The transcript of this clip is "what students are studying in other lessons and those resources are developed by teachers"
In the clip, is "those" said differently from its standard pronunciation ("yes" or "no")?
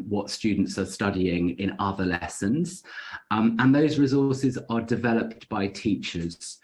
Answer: no